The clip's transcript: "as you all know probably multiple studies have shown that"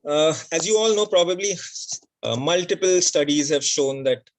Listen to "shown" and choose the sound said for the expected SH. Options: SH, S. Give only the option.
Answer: SH